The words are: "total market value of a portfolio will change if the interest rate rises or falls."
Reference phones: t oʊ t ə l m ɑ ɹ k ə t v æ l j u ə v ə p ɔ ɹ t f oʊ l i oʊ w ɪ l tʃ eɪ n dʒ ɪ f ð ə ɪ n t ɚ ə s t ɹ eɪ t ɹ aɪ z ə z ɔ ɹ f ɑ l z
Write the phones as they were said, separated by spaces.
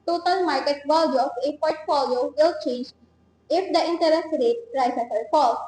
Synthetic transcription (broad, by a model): t oʊ t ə l m ɑ ɹ k ə t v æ l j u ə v ə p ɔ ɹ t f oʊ l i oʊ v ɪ l tʃ eɪ n dʒ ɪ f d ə ɪ n t ɚ ə s t ɹ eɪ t ɹ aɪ s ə s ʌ l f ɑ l